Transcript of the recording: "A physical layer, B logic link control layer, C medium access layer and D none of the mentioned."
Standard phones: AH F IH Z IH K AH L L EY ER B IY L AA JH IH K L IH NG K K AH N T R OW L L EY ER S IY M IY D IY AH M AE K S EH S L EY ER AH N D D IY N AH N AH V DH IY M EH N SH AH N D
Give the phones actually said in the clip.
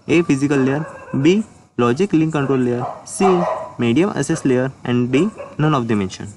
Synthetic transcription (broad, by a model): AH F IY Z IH K AH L L EY ER B IY L AA JH IH K L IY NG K K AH N T R OW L L EY ER S IY M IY D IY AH M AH S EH S L EY ER AH N D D IY N AH N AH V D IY M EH N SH AH N